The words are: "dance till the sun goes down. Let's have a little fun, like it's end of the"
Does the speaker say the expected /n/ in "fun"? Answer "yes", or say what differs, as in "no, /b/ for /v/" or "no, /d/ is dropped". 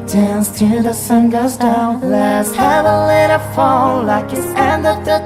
no, /l/ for /n/